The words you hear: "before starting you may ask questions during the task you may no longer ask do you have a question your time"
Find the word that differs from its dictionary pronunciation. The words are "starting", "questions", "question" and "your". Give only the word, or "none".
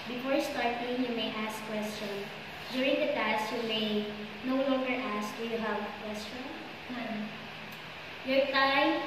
questions